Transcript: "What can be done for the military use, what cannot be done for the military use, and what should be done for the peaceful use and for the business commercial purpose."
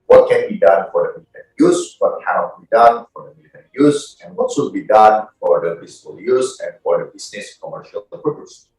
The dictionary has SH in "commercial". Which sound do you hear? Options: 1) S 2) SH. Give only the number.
2